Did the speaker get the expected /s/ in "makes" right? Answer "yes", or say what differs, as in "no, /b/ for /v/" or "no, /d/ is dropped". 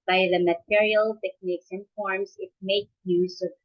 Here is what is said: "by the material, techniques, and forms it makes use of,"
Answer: no, /s/ is dropped